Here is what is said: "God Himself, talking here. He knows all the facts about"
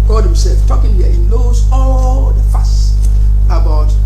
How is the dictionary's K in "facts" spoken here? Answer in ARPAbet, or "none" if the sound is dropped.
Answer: none